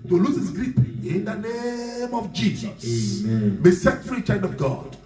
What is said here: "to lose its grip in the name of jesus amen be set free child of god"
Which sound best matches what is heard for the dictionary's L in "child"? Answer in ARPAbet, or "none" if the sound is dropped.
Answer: N